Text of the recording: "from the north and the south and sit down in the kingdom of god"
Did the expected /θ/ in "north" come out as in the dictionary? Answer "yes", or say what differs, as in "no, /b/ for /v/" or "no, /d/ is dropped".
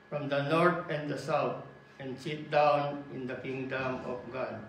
no, /t/ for /θ/